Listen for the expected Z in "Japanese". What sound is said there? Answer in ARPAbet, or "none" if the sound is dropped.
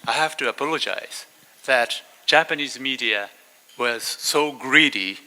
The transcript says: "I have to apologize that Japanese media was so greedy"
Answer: Z